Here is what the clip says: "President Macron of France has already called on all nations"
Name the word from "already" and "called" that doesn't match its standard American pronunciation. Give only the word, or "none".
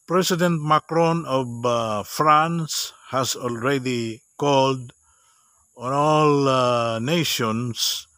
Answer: none